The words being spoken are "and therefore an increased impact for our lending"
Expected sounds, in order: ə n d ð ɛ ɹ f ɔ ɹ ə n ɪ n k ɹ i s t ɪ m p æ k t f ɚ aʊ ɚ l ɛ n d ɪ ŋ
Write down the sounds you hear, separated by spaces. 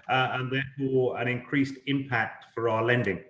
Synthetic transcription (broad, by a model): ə n ð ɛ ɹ f ɔ ɹ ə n ɪ n k ɹ i s t ɪ m p æ k t f ɚ aʊ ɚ l ɛ n d ɪ ŋ